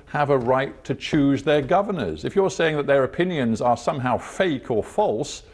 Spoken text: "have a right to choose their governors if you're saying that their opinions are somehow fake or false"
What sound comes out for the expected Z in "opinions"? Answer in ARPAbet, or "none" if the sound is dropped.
Z